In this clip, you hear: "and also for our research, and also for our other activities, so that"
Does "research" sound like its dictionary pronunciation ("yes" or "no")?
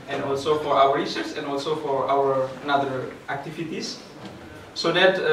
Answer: no